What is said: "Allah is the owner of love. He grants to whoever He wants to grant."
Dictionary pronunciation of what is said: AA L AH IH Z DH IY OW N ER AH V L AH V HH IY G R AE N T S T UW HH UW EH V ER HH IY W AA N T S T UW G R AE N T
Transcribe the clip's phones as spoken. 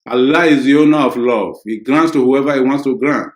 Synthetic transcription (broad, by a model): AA L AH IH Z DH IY OW N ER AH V L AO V HH IY G R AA N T S T UW HH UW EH V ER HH IY W AA N T S T UW G R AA N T